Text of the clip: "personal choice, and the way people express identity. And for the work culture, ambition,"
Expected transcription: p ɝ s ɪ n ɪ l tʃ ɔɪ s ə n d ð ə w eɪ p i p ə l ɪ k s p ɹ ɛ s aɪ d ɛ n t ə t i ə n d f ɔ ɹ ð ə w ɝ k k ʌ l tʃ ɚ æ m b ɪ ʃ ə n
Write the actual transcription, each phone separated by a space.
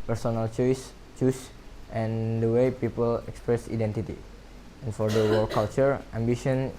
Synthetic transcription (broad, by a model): p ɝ s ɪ n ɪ l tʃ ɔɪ s ə n d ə w eɪ p i p ə l ɪ k s p ɹ ɛ s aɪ d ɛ n t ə t i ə n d f ɔ ɹ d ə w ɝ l k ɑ l tʃ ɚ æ m b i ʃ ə n